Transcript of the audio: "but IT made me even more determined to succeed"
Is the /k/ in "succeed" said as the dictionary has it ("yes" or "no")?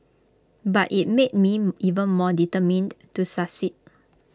no